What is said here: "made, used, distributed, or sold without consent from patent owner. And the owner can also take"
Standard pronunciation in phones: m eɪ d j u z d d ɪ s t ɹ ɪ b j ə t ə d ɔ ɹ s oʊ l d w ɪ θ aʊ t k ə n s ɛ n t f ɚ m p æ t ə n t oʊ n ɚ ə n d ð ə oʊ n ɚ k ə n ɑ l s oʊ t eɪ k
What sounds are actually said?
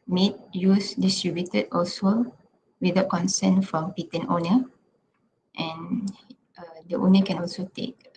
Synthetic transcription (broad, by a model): m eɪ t j u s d d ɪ s t ɹ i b j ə t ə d ɔ l s oʊ w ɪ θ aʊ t k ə n s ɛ n f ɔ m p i t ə n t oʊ n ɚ ə n d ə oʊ n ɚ k ə n ɑ l s oʊ t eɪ k